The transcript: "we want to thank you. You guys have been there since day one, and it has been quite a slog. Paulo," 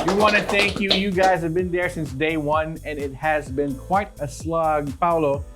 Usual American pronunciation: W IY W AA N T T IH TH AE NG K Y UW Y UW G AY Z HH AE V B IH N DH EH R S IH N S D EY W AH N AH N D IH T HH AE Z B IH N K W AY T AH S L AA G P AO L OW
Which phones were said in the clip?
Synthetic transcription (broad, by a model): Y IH W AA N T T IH TH AE NG K Y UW Y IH G AY Z HH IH V B IH N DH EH R S IH N S D EY W AH N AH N IH T HH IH Z B IH N K W AY T AH S L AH G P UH L OW